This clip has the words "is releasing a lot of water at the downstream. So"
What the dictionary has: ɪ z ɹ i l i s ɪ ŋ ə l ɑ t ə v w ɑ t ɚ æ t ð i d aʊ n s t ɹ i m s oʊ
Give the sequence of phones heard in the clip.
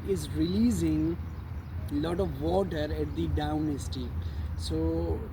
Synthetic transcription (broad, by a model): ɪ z ɹ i l i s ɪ ŋ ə l ɑ t ə v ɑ t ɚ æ t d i d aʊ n s t i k s oʊ